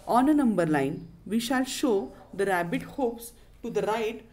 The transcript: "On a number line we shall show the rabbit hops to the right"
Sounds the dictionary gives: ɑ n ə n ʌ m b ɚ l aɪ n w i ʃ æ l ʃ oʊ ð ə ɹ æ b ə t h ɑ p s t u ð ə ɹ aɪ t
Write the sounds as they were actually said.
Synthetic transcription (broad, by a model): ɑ n ə n ʌ m b ɚ l aɪ n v i ʃ æ l ʃ oʊ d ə ɹ æ b ə t h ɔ p s t u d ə ɹ aɪ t